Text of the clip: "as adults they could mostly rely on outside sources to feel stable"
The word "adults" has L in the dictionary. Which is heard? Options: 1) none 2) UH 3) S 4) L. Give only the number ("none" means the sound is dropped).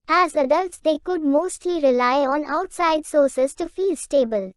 4